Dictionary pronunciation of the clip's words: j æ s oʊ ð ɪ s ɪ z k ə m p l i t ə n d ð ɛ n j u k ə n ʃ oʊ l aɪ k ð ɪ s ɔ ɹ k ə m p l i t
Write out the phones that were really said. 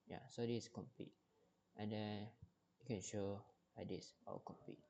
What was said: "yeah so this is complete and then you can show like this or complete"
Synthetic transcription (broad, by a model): j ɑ s oʊ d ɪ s k ə m p l i t ə n d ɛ n j u k ə n ʃ oʊ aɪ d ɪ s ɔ l k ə m p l i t